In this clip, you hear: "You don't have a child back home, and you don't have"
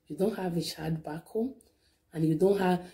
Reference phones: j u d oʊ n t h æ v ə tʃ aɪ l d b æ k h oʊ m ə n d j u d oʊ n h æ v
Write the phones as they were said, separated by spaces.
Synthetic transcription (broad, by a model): j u d oʊ n t h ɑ v ə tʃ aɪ d b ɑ k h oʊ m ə n j u d oʊ n h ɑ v